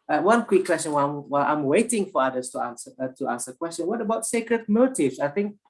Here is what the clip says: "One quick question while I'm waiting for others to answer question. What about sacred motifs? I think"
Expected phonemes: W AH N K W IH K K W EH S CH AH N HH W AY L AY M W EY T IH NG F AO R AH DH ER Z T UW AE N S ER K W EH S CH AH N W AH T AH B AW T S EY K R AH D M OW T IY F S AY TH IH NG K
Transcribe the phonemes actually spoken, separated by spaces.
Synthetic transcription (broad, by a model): W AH N K W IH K K W EH S CH AH N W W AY L AY M W EY T IH NG F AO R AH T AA S T UW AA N S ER K W EH S CH AH N W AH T AH B AW T S EY K R AH D M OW T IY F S AY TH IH NG K